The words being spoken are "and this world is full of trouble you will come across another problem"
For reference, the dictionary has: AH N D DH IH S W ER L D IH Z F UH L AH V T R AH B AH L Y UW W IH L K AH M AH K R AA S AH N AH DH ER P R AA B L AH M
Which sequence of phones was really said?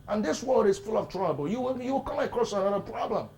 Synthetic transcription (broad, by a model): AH N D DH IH S W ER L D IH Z F UH L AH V T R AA B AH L Y UW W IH W K AH M AH K R AA S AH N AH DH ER P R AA B L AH M